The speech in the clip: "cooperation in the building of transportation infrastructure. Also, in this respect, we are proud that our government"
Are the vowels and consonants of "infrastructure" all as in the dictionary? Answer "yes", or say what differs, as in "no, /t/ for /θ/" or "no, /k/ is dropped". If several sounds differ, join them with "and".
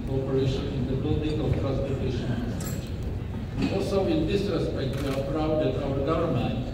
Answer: no, /k/ is dropped